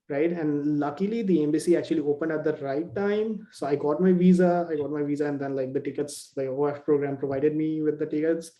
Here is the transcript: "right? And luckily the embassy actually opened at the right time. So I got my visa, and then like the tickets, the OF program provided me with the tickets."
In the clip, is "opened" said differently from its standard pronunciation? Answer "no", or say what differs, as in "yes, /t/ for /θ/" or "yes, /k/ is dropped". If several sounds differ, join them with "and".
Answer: no